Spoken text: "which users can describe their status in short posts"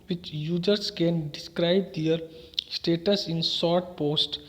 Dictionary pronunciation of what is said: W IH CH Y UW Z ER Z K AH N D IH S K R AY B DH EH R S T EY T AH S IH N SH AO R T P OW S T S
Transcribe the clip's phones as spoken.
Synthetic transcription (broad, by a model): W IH CH Y UW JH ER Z K AH N D IH S K R AY B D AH R S T EY T AH S IH N S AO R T P OW S T